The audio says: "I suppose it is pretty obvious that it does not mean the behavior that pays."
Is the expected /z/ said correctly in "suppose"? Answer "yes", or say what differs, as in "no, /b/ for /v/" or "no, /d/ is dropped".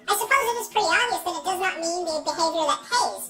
yes